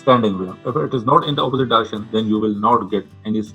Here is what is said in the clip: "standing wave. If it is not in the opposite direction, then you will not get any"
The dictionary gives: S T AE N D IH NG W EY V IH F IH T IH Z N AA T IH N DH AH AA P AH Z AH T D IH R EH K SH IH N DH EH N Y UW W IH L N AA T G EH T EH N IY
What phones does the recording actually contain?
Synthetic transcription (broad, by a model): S T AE N D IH NG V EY IH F IH T IH Z N AA T IH N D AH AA P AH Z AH T D IH R EH K SH IH N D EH N Y UW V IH L N AA T G EH T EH N IY